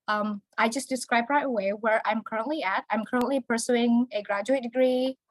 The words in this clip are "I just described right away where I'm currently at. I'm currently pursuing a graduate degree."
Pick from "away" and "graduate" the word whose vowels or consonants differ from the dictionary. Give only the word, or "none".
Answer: none